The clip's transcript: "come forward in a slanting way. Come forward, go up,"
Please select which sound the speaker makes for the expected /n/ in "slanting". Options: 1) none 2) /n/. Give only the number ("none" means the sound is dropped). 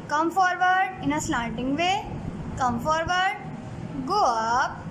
1